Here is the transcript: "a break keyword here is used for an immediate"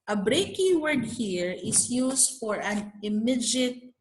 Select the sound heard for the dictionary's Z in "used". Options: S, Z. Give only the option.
S